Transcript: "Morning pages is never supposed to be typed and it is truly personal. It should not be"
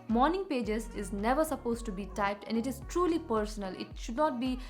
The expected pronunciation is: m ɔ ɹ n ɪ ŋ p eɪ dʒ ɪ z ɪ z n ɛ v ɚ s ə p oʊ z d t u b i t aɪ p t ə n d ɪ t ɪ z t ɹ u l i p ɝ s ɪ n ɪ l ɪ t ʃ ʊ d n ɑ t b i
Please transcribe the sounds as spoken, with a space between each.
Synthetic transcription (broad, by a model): m ɔ ɹ n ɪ ŋ p eɪ dʒ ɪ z ɪ z n ɛ v ɚ s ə p oʊ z t u b i t aɪ p t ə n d ɪ t ɪ z t ɹ u l i p ɝ s ɪ n ɪ l ɪ t ʃ ʊ d n ɑ t b i